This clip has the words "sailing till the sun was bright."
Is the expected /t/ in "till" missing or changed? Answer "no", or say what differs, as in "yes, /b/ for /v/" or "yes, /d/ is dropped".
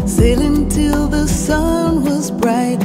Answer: no